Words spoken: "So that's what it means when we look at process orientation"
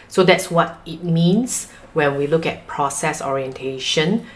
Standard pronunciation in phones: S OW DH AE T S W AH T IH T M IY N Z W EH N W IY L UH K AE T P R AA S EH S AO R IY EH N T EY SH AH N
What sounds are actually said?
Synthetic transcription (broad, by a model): S OW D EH T S W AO T IH T M IY N S W EH N W IY L UH K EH T P R AA S EH S AO R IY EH N T EY SH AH N